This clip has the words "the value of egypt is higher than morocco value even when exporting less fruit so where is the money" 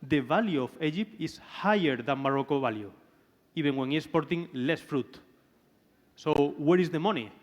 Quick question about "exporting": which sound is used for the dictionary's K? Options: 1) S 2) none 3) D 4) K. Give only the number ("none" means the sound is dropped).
2